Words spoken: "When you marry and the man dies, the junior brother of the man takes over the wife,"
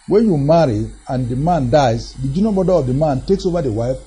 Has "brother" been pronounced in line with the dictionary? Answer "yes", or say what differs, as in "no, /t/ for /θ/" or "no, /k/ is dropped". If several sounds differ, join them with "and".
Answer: no, /ɹ/ is dropped